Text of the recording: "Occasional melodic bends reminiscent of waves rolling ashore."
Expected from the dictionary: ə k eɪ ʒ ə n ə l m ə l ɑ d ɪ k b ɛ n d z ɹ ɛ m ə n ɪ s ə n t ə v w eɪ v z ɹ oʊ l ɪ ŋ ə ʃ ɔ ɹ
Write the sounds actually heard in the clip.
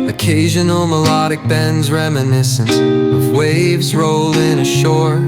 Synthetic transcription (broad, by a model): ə k eɪ ʒ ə n l m ə l ɑ d ɪ k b ɛ n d z ɹ ɛ m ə n ɪ s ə n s ə v w eɪ v z ɹ oʊ l ɪ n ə ʃ ɔ ɹ